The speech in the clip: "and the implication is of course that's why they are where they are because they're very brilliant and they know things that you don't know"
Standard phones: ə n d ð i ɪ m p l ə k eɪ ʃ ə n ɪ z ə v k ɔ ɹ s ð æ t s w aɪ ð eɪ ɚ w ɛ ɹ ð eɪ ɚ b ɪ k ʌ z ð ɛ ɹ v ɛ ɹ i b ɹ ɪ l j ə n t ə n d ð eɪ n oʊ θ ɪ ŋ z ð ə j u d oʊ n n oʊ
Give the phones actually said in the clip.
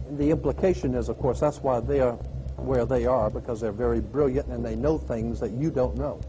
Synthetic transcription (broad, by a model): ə n ð i ɪ m p l ə k eɪ ʃ ə n ɪ z ə v k ɔ ɹ s ð æ t s w aɪ ð eɪ ɚ w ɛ ɹ ð eɪ ɚ b ɪ k ʌ z ð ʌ ɹ v ɛ ɹ i b ɹ ɪ l j ə n t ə n ð eɪ n oʊ θ ɪ ŋ z ð ə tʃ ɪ d oʊ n n oʊ